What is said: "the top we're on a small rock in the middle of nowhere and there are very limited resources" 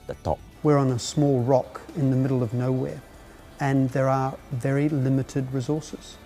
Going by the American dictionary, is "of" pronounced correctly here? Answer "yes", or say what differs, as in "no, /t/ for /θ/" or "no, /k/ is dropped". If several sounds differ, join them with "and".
yes